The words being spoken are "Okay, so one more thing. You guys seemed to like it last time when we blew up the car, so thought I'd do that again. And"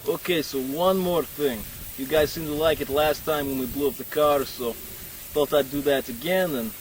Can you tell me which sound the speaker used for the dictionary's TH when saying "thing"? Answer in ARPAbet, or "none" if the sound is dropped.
TH